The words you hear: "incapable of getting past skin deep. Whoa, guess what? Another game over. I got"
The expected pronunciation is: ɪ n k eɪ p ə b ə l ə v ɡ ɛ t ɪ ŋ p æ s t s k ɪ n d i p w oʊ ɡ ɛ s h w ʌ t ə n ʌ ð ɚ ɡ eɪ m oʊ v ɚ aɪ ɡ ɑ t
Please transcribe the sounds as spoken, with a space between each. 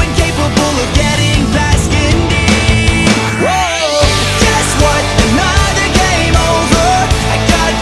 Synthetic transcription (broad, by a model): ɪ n k eɪ p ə b l ə v ɡ ɛ t ɪ ŋ b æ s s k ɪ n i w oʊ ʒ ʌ s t w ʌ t ə n ʌ ð ɚ ɡ eɪ m oʊ v ɚ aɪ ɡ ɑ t